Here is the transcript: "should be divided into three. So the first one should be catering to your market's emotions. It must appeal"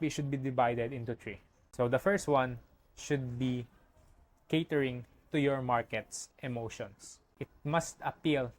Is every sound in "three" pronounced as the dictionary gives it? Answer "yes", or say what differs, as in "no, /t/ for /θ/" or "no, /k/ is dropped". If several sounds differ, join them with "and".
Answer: no, /t/ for /θ/